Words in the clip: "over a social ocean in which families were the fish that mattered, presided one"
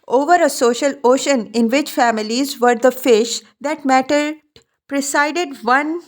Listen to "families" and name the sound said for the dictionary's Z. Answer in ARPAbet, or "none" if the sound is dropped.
Z